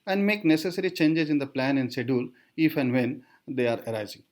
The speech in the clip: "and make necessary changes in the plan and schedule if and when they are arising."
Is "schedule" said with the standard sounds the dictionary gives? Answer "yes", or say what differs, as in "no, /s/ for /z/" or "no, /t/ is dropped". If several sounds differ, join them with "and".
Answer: no, /k/ is dropped